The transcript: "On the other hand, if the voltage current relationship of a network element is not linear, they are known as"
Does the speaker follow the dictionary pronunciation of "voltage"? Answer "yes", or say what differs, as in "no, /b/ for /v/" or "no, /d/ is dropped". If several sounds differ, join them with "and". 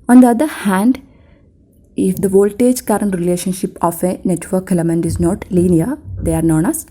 yes